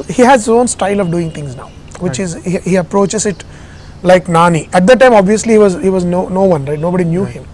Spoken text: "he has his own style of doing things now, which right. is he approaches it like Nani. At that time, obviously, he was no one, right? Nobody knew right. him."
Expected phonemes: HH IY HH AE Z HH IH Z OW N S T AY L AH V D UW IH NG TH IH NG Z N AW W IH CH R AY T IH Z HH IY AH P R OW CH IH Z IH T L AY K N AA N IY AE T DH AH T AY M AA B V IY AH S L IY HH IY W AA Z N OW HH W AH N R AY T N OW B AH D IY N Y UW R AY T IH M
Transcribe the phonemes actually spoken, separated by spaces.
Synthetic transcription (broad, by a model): HH IY HH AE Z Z OW N S T AY L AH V D UW IH NG T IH NG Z N AW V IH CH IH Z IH HH IY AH P R OW CH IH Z IH T L AY K N AA N IY AE T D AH T AY M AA B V IY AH S L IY HH IY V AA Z N OW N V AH N R AY T N OW B AH D IY N Y UW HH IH M